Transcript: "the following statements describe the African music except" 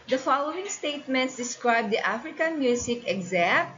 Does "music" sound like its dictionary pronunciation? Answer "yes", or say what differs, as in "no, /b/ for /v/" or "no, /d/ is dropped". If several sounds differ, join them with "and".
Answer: no, /s/ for /z/